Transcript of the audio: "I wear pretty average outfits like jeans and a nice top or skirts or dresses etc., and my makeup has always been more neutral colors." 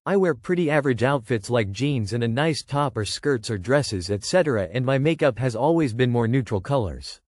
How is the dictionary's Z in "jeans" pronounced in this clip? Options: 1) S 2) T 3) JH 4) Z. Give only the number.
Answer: 4